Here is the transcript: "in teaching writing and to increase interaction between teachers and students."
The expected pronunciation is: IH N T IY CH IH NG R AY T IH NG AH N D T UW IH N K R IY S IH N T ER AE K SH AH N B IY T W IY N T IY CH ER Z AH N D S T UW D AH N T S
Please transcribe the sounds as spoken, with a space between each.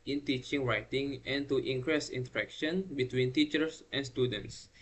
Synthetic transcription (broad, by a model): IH N T IY CH IH NG R AY T IH NG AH N T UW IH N K R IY S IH N T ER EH K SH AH N B IY T W IY N T IY CH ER S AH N S T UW D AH N T S